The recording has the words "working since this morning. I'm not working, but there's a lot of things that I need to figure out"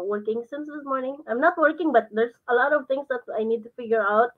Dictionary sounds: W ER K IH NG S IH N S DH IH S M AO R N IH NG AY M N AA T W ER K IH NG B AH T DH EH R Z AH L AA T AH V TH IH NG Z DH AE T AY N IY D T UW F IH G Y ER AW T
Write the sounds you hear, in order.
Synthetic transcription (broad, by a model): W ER K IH NG S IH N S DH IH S M AO R N IH NG AY M N AA T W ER K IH NG B AH T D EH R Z AH L AA T AH V T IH NG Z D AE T AY N IY D T UW F IH G Y ER AW T